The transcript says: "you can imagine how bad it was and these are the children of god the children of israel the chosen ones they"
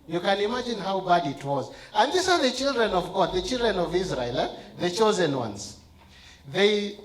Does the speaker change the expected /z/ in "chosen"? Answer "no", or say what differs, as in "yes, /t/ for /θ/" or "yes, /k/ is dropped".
no